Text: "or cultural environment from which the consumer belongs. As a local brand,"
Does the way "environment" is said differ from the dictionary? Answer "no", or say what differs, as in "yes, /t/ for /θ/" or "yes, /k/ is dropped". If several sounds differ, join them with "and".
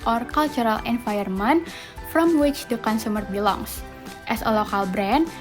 yes, /ɹ/ is dropped